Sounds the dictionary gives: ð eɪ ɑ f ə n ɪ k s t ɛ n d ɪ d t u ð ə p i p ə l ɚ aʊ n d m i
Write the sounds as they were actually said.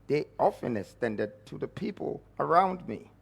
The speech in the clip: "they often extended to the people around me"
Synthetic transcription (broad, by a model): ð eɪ ɑ f ə n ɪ s t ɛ n d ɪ d t u ð ə p i p ə l ɚ aʊ n d m i